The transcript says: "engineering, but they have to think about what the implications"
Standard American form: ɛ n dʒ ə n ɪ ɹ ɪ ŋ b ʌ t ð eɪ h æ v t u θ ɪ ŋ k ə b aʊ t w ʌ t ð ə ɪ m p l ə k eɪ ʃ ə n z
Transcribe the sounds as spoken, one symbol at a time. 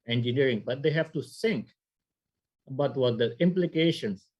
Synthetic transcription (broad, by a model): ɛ n dʒ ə n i ɹ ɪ ŋ b ʌ t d eɪ h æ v t u s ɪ ŋ k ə b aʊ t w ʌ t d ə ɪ m p l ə k eɪ ʃ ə n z